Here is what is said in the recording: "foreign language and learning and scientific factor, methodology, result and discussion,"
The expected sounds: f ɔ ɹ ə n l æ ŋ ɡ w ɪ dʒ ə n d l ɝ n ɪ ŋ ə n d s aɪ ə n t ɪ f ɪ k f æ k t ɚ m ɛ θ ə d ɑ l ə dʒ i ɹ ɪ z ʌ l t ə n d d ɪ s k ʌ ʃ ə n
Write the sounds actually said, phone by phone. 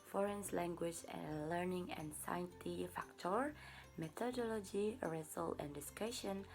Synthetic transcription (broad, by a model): f ɔ ɹ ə n l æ ŋ ɡ w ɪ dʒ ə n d l ɝ n ɪ ŋ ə n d s aɪ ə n t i f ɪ k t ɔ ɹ m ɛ t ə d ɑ l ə dʒ i ɹ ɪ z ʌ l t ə n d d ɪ s k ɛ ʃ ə n